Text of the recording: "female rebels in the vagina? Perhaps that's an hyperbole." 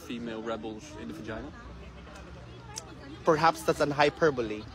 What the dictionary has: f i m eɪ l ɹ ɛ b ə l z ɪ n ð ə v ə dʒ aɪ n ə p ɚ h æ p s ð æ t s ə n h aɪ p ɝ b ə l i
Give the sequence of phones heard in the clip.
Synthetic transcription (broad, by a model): f i m eɪ l ɹ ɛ b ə l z ɪ n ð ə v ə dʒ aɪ ə p ɚ h æ p s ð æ t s ə n h aɪ p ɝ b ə l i